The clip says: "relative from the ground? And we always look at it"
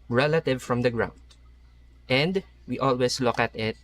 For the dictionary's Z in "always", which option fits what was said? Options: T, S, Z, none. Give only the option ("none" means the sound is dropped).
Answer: S